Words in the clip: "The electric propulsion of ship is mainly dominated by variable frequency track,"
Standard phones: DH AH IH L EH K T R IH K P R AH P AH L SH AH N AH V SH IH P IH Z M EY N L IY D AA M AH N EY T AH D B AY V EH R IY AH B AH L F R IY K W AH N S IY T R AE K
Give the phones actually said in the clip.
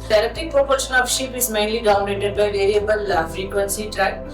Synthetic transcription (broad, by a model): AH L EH T IH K P R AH P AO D SH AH N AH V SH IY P IH Z M EY N L IY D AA AH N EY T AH D B AY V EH R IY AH B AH L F R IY K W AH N S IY T R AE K